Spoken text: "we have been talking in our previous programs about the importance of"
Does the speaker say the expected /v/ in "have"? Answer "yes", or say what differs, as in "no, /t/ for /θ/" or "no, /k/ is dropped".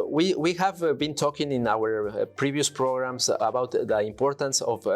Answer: yes